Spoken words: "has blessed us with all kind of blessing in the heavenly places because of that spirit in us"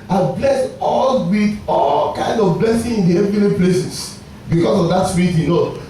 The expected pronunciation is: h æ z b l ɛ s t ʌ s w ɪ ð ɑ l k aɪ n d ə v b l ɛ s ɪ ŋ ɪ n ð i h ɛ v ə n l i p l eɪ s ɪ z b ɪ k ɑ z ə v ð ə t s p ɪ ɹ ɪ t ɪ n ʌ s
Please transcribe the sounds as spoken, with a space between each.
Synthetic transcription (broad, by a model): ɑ b l ɛ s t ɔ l w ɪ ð ɑ l k aɪ n d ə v b l ɛ s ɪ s ɪ n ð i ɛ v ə l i p l eɪ s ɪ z b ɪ k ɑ s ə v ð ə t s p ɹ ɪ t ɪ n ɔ